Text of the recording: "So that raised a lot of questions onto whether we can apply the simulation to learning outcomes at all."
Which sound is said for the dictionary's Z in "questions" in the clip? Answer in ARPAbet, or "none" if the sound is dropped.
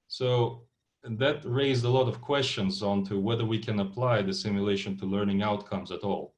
Z